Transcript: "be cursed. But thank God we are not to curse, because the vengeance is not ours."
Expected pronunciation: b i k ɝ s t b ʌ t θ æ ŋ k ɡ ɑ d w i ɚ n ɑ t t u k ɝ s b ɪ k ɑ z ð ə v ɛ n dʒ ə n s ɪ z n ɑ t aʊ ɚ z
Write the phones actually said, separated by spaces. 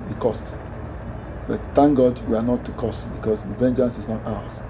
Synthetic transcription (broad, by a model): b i k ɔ s t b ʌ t t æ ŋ ɡ ɑ d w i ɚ n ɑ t t u k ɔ s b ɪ k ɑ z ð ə v ɛ n dʒ ə n s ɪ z n ɑ t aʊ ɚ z